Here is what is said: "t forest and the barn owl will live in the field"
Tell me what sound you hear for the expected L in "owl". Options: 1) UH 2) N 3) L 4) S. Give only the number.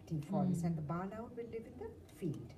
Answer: 2